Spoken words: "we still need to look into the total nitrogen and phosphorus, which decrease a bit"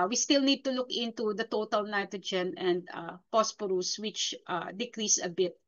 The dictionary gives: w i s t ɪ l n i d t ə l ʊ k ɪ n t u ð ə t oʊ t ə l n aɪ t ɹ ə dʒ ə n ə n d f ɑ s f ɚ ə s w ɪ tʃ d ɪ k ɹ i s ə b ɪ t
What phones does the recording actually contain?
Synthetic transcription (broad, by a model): w i s t ɪ l n i d t ə l ʊ k ɪ n t u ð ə t oʊ t ə l n aɪ t ɹ ə dʒ ə n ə n d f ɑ s p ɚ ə s w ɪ tʃ d ɪ k ɹ i s ə b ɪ t